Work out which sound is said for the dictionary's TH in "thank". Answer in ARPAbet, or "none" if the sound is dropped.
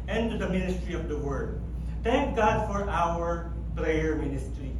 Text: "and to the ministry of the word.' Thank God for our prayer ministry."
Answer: T